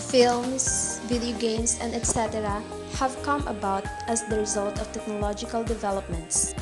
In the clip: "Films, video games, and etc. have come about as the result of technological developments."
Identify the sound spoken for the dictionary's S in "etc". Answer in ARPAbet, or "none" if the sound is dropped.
S